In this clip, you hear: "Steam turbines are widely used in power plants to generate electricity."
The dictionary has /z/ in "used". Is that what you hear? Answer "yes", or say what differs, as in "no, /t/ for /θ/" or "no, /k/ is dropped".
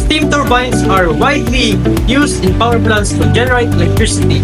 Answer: no, /s/ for /z/